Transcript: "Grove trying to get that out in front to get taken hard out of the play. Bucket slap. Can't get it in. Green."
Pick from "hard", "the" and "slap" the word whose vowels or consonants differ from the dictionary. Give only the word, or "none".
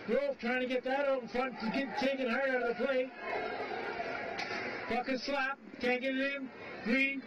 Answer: hard